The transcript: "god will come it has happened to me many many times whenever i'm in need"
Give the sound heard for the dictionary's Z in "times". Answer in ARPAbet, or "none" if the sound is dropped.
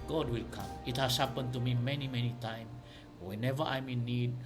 none